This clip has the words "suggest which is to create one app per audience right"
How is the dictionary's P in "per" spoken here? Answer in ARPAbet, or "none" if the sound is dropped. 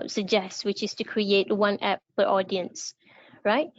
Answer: F